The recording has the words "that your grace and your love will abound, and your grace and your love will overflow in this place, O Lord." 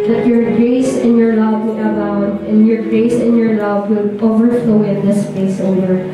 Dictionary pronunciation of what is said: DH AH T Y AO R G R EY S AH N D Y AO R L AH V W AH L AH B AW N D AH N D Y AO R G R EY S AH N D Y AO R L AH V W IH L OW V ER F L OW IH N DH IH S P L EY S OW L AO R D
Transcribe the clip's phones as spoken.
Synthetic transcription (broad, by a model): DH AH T Y AO R G R EY S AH N Y AO R L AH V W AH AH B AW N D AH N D Y AO R G R EY S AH N Y AO R L AH V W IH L OW V ER F L OW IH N DH IH S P EY S OW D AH R